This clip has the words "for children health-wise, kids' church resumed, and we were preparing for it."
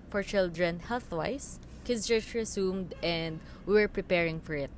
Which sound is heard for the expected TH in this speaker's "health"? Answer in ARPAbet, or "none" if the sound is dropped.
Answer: TH